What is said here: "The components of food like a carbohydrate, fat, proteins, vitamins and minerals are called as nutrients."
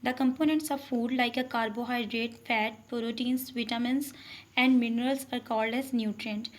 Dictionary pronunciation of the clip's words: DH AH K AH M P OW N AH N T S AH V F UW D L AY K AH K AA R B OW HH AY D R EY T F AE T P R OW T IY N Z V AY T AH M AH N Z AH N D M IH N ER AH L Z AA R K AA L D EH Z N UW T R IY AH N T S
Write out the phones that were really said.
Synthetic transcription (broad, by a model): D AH K AH M P OW N AH N T S AH V F UW D L AY K AH K AA R B OW HH AY D R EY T F AE T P R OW T IY N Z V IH T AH M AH N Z AH N D M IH N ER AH L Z AA R K AA L D EH Z N UW T R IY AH N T